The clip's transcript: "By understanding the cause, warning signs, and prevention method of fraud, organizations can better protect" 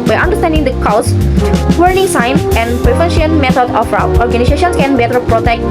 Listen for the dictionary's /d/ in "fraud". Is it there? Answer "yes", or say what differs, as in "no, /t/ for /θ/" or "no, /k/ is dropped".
no, /d/ is dropped